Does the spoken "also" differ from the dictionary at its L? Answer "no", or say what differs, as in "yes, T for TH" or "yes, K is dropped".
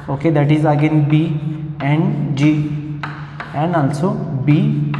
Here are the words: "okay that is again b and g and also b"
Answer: yes, N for L